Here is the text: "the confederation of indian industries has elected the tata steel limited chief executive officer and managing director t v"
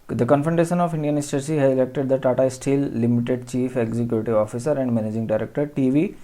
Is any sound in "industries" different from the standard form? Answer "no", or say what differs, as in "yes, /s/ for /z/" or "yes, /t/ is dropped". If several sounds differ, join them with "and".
yes, /s/ is dropped and /z/ is dropped